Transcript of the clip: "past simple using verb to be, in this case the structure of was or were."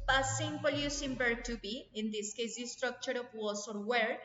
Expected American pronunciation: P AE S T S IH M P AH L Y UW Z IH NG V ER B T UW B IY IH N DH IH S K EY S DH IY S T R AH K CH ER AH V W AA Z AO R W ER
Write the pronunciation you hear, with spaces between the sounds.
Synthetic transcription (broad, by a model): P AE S S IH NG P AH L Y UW S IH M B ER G T UW B IY IH N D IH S K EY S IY S T R AH K CH ER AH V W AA S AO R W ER